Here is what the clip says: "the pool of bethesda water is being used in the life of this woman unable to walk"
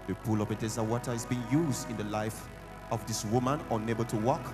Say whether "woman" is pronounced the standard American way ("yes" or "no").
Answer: yes